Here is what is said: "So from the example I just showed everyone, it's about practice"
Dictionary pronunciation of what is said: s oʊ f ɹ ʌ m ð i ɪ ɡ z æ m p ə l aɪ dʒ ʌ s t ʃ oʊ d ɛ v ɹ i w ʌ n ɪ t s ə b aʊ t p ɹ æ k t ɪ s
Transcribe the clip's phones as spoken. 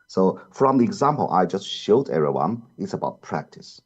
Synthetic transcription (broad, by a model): s oʊ f ɹ ʌ m ð i ɪ ɡ z æ m p ə l aɪ dʒ ʌ s t ʃ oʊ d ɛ ɹ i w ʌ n ɪ t s ə b aʊ t p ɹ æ k t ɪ s